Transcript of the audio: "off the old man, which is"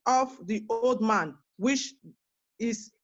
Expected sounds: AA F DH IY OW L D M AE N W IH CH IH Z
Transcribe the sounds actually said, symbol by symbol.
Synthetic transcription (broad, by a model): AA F DH IY OW L D M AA N W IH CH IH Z